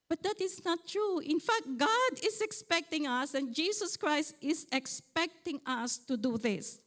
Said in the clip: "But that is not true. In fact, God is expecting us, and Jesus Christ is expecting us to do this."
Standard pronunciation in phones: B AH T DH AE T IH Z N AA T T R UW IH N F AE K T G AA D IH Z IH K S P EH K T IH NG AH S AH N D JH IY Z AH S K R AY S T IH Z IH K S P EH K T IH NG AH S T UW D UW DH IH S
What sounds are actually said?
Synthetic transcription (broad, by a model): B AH T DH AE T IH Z N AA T T R UW IH N F AE K T G AA D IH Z IH K S P EH K T IH NG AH S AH N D JH IY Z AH S K R AY S T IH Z IH K S P EH K T IH NG AH S T UW D UW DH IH S